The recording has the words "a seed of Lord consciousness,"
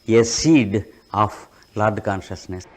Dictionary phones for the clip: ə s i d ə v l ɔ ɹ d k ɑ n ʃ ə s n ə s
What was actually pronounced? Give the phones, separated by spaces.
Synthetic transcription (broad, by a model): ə s i d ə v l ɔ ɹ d k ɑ n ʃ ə s n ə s